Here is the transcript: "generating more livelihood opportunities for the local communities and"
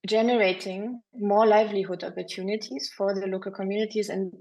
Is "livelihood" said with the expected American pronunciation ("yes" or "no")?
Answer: yes